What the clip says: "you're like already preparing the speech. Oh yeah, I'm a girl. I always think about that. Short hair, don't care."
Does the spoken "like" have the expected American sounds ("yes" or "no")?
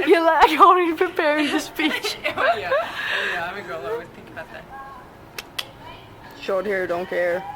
no